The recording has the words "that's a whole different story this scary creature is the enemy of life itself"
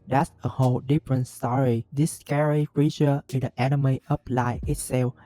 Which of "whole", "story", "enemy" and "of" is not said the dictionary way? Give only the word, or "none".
of